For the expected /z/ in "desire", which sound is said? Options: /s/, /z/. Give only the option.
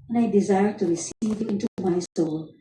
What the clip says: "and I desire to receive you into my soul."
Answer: /z/